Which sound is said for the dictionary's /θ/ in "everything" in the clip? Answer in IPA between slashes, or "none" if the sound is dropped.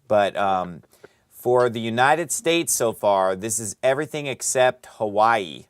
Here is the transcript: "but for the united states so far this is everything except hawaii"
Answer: /θ/